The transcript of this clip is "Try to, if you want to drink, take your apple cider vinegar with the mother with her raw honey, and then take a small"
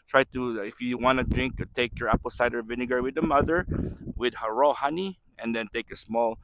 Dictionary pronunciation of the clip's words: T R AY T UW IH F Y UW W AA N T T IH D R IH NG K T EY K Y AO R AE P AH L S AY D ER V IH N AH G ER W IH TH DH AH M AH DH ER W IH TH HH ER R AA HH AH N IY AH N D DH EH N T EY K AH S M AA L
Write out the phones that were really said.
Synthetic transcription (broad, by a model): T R AY T UW IH F Y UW W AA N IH D R IH NG K T EY K Y AO R AE P AH L S AY D ER V IH N AH G ER W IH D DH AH M AH DH ER W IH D HH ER R AA HH AH N IY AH N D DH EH N T EY K AH S M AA L